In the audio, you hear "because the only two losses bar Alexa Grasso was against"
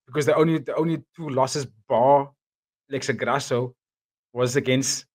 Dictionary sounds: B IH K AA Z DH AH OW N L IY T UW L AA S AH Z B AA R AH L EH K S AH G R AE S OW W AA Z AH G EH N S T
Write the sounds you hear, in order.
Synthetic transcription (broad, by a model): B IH K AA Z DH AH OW N L IY T UW L AA S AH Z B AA L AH IH K S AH G R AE S OW W AA Z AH G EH N S T